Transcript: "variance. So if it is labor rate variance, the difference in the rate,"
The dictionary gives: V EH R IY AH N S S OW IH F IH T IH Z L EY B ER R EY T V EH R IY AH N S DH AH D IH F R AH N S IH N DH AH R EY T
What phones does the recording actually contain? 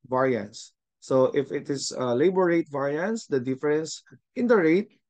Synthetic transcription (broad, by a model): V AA R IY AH N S S OW IH F IH T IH S L EY B ER R EY T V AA R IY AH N S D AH D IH F R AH N S IH N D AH R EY T